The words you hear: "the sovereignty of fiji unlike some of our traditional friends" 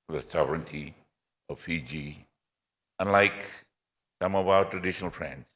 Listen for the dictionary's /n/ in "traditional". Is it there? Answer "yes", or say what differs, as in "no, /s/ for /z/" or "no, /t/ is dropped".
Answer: yes